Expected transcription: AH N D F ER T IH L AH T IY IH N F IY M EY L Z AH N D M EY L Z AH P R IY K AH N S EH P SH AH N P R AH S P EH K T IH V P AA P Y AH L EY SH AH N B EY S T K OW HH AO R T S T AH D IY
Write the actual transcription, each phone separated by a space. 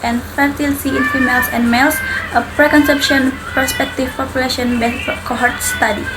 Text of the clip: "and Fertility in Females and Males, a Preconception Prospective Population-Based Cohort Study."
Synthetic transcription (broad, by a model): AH N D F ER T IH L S IY IH N F IY M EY L S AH N M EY L S AH P R IY K AH N S EH P SH AH N P R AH S P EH K T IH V P AA P Y AH L EY SH AH N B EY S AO K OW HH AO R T S T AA D IY